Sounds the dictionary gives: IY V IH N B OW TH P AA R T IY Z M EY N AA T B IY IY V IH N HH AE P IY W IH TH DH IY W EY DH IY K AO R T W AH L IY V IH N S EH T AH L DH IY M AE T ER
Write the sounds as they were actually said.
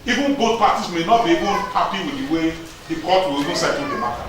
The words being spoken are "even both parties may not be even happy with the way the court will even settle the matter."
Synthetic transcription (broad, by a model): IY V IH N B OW T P AA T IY S M EY N AA T B IY IY V IH N HH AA P IY W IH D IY W EY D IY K AO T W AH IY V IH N S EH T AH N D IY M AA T